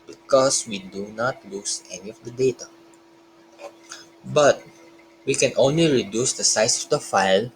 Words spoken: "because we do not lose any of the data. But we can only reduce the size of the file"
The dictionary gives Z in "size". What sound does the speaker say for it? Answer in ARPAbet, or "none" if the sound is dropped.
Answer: S